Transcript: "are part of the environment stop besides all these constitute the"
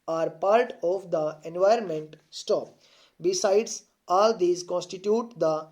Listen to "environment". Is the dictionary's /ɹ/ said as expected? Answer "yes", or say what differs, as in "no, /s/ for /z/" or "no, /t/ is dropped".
yes